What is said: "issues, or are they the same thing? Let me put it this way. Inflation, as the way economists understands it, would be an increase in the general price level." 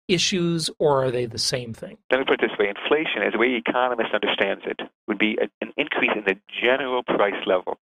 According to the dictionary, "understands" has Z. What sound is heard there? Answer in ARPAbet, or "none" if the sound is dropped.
Z